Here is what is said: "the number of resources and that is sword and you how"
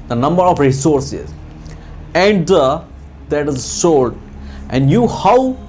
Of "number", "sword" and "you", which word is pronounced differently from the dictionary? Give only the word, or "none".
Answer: sword